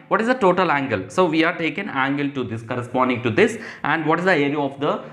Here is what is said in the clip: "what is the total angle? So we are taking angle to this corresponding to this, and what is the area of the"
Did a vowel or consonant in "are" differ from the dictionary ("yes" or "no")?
no